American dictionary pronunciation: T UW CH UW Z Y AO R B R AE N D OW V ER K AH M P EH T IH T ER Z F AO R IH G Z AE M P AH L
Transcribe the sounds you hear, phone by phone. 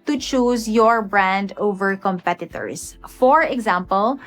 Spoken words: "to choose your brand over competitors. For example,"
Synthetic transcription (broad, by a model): T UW CH UW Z Y AO R B R AE N D OW V ER K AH M P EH T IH T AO S F AO R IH G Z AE M P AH L